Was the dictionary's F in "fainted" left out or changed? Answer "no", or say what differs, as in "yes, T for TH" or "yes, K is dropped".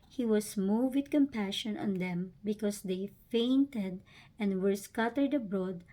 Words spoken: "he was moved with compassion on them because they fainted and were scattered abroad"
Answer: no